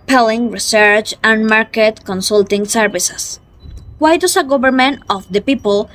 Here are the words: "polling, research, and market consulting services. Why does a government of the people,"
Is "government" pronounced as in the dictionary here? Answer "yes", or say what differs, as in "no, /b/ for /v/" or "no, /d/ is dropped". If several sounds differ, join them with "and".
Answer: no, /b/ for /v/